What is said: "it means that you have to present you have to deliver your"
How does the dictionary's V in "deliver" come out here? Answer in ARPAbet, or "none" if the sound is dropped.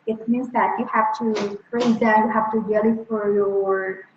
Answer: F